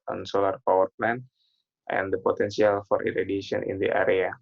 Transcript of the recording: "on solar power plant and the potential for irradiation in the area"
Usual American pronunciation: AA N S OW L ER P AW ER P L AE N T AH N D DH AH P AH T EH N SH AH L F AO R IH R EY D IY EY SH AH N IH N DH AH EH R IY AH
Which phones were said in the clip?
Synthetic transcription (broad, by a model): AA N S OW L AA P AW ER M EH N T AH N D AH P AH T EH N S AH L F AO R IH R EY D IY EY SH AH N IH N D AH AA R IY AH